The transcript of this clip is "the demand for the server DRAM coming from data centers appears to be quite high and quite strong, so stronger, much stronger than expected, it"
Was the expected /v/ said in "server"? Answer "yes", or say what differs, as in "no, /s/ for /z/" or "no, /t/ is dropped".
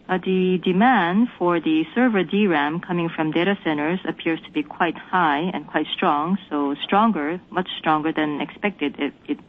yes